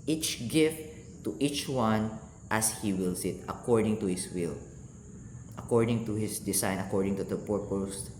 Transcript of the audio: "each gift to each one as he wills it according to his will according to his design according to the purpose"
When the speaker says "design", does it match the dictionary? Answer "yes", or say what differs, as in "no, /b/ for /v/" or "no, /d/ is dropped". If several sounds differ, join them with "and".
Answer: no, /s/ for /z/